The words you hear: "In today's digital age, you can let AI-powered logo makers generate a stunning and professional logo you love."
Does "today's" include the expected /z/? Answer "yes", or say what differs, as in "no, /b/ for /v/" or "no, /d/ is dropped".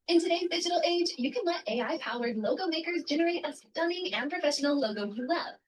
yes